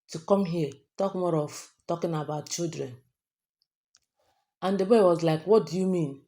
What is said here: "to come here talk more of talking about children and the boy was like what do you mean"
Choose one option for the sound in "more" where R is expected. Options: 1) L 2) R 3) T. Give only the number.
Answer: 2